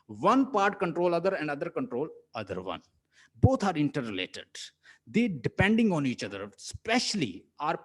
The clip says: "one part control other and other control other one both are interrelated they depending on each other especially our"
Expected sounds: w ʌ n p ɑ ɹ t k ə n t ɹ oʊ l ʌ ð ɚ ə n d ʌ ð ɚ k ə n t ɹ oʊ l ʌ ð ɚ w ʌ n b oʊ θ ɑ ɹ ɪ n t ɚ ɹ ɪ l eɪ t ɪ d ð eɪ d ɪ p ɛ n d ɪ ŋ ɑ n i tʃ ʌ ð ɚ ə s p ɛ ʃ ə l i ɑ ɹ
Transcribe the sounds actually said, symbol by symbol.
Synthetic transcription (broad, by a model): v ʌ n p ɑ ɹ t k ə n t ɹ oʊ l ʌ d ɚ ə n d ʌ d ɚ k ə n t ɹ oʊ l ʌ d ɚ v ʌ n b oʊ t ɑ ɹ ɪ n t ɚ ɹ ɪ l eɪ t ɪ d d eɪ d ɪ p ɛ n d ɪ ŋ ɑ n i tʃ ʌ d ɚ s p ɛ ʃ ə l i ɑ ɹ